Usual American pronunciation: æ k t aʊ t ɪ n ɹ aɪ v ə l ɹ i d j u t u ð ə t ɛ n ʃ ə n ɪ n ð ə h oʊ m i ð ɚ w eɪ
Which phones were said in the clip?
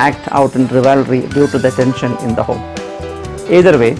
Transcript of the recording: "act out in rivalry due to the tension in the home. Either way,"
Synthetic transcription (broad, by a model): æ k t aʊ t ɪ n ɹ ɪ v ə l ɹ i d j u t u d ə t ɛ n ʃ ə n ɪ n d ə h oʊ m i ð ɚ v eɪ